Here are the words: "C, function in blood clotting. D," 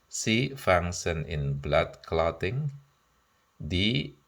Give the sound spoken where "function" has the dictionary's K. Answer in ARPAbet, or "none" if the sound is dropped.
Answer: none